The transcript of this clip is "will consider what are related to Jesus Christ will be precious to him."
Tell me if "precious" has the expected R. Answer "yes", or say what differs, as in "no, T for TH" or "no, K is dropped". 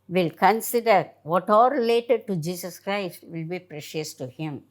yes